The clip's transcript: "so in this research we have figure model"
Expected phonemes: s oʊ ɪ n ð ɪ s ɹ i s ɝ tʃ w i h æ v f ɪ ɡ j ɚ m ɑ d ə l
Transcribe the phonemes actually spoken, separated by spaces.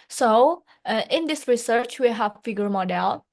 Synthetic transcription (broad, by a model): s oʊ ɪ n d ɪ s ɹ i s ɝ tʃ w i h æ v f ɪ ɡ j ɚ m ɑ d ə l